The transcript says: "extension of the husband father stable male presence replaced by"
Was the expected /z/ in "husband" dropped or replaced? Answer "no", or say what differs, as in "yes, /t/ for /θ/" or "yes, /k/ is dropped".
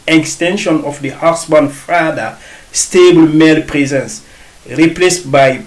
yes, /s/ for /z/